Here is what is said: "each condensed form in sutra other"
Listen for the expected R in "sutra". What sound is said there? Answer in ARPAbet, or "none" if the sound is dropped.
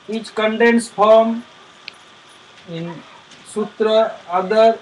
R